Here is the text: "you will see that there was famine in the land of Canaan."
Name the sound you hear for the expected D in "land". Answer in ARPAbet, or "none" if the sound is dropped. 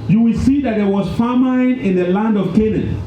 D